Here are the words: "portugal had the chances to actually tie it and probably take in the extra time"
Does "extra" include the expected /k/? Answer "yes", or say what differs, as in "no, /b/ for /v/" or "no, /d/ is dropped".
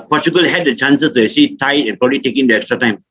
yes